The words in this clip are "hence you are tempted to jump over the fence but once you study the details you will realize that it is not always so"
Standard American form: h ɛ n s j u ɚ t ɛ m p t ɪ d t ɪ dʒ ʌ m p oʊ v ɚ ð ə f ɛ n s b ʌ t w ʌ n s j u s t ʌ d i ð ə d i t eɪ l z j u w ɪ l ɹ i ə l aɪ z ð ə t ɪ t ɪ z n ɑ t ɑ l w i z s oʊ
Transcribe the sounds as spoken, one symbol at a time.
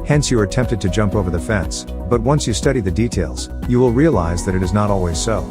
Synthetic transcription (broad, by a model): h ɛ n s j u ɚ t ɛ m p t ɪ d t ɪ dʒ ʌ m p oʊ v ɚ ð ə f ɛ n s b ʌ t w ʌ n s j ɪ s t ʌ d i ð ə d i t eɪ l z j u w ɪ l ɹ i ə l aɪ z ð ə t ɪ t ɪ z n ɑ t ɑ l w i z s oʊ